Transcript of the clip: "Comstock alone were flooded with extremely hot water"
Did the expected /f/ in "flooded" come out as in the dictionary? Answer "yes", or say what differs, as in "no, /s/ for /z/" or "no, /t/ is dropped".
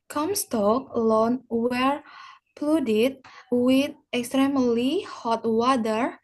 no, /p/ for /f/